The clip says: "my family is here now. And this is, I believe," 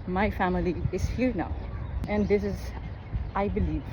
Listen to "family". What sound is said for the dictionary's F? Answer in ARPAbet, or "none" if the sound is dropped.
F